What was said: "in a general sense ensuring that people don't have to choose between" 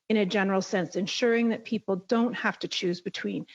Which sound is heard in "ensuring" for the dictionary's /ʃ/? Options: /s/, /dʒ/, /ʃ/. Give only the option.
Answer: /ʃ/